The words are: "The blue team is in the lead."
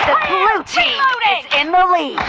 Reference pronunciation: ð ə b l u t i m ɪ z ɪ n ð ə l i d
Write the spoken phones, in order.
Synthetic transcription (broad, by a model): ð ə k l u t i ɪ z ɪ n ð ə l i